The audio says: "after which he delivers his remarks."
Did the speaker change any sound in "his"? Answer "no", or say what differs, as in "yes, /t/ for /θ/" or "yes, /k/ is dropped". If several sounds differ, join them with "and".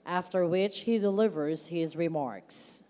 no